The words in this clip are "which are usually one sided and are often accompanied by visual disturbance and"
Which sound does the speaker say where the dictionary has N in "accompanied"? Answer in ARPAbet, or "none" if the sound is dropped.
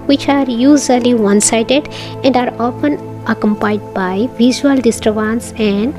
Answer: none